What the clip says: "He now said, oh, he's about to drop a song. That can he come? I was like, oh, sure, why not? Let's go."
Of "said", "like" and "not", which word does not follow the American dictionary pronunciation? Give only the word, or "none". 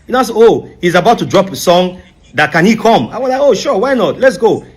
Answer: said